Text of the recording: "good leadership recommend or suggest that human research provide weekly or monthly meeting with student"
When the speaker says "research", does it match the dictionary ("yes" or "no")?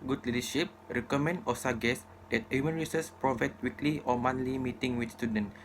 no